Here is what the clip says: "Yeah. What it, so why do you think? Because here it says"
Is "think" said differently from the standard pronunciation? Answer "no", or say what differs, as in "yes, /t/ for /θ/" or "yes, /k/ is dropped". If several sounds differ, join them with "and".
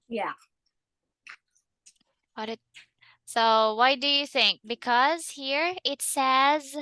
no